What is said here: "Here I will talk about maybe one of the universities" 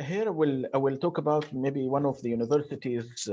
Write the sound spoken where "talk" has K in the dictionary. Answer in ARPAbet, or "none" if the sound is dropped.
K